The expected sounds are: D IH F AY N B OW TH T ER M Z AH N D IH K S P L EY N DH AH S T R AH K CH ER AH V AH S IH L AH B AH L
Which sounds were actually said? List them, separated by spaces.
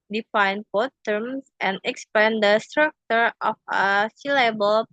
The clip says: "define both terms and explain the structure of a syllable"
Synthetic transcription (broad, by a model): D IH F AY N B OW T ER M S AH N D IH K S P EY N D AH S T R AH K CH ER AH F AH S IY L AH B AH L